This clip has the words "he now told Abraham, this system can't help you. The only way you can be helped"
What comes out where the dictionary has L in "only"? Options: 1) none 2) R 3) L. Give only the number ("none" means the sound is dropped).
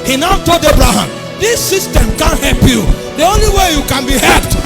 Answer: 3